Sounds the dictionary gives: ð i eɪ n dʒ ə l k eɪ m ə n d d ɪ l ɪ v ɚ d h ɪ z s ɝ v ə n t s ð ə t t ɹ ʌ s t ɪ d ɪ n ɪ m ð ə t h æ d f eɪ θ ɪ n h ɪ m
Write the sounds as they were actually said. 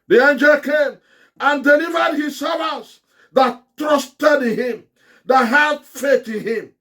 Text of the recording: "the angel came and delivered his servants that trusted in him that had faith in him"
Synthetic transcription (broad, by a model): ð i eɪ n dʒ ə l k eɪ m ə n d d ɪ l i v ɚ d h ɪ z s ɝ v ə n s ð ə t t ɹ ʌ s t ɪ d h ɪ m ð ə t h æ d f eɪ t ɪ n h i m